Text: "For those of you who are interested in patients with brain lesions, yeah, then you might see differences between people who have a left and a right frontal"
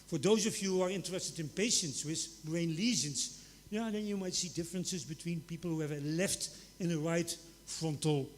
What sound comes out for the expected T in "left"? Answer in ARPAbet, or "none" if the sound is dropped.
T